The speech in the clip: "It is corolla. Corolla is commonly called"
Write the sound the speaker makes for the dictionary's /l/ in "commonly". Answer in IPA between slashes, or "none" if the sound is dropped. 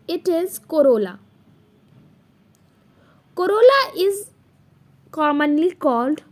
/l/